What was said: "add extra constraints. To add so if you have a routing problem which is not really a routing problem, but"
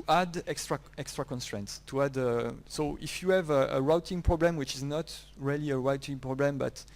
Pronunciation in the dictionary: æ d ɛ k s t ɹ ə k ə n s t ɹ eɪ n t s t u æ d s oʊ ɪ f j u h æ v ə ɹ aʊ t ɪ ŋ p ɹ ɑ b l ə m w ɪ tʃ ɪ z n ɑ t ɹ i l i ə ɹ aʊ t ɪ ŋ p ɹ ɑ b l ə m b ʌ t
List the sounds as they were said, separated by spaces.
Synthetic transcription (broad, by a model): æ d ɛ k s t ɹ ə k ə n s t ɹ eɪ n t s t u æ d s oʊ ɪ f j u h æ v ə ɹ aʊ t ɪ ŋ p ɹ ɑ b l ə m w ɪ tʃ ɪ z n ɑ t ɹ i l i ə ɹ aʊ t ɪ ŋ p ɹ ɑ b l ə m b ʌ t